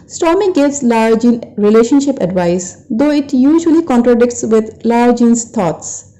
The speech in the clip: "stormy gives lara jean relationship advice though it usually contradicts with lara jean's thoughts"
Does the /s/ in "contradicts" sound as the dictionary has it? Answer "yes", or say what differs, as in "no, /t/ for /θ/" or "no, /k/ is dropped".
yes